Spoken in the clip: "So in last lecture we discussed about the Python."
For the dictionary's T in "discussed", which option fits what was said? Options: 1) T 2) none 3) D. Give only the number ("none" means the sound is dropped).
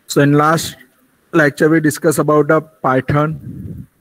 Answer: 2